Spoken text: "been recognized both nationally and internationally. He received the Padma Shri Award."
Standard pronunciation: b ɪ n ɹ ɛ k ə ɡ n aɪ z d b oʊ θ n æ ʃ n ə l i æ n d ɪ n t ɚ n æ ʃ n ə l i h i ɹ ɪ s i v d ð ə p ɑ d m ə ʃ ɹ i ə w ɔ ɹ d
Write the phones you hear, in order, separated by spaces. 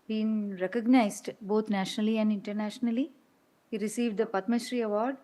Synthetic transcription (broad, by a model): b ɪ n ɹ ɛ k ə ɡ n aɪ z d b oʊ t n æ ʃ n ə l i æ n d ɪ n t ɚ n æ ʃ n ə l i h i ɹ ɪ s i v d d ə p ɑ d m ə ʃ ɹ i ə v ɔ ɹ d